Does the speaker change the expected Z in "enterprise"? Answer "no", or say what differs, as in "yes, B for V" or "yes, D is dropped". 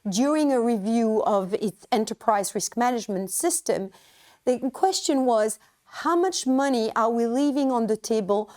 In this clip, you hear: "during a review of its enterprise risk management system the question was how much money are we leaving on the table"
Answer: no